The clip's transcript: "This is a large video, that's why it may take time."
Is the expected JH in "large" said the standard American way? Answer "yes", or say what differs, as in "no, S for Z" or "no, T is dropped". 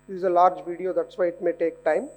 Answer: yes